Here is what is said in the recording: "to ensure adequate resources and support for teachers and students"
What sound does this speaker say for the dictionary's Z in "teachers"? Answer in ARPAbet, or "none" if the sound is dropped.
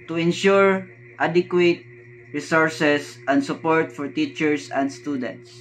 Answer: S